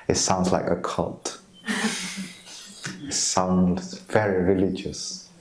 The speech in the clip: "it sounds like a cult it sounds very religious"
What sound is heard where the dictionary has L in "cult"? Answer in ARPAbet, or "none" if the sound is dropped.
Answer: L